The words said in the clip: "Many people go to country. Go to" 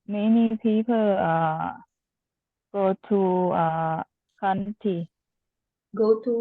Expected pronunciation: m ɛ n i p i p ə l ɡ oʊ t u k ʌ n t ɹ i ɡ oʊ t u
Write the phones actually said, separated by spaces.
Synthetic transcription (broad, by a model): m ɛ n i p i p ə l ɡ oʊ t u k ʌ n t i ɡ oʊ t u